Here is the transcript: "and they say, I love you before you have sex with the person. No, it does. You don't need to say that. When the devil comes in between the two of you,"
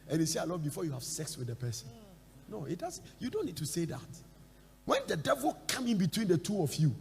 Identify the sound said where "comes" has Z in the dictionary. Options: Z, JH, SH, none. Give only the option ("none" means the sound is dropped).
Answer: none